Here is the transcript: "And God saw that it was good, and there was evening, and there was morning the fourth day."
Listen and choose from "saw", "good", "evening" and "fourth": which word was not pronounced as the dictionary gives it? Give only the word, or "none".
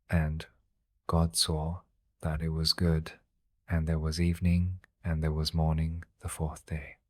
none